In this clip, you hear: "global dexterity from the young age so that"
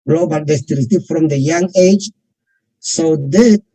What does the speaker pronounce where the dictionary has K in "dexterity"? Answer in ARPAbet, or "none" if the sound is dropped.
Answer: none